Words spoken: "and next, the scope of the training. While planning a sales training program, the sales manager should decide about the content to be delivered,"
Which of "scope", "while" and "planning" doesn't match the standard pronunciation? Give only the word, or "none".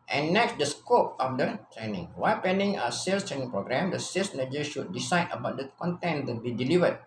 planning